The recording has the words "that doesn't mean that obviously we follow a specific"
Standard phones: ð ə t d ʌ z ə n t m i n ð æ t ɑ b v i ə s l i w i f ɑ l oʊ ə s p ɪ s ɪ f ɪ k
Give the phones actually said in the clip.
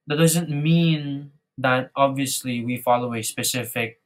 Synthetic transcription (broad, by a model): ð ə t d ʌ z ə n t m i n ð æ t ɑ b v i ə s l i w i f ɑ l oʊ ə s p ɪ s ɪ f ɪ k